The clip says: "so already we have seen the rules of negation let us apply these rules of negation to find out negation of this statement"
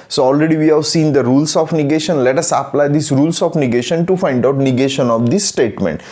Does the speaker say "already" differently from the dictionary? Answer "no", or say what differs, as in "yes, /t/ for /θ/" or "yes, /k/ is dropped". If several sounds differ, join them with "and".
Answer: no